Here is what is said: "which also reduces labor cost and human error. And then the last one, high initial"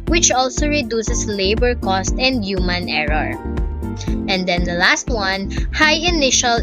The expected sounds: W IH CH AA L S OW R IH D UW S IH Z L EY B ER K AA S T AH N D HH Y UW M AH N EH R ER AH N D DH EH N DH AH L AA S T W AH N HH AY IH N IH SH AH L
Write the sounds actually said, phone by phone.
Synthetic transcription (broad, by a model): W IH CH AA L S OW R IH D UW S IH S L EY B ER K AA S T AH N D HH Y UW M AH N EH R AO AH N D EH N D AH L AA S T W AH N HH AY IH N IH SH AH L